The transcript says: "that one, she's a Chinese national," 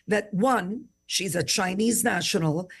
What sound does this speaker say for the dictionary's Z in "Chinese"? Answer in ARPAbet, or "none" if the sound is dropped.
Z